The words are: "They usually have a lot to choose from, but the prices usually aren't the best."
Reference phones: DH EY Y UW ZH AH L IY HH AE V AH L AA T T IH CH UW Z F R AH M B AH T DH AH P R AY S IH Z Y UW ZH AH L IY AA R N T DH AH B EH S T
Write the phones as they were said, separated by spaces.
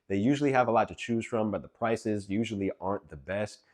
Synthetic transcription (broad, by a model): DH EY Y UW ZH L IY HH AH V AH L AA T T IH CH UW Z F R AH M B AH T DH AH P R AY S IH Z Y UW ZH L IY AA R N DH AH B EH S T